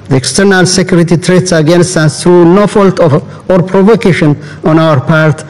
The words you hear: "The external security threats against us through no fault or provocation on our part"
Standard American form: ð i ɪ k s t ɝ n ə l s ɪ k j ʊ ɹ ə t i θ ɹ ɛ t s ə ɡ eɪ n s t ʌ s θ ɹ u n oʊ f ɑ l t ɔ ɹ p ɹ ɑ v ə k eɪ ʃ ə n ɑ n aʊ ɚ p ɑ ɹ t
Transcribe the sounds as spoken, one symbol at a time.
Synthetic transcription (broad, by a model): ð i ɪ k s t ɝ n ə l s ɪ k j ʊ ɹ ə t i t ɹ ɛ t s ə ɡ eɪ n s t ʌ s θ ɹ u n oʊ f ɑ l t ɔ ɹ p ɹ ɑ v ə k eɪ ʃ ə n ɑ n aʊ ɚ p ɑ ɹ t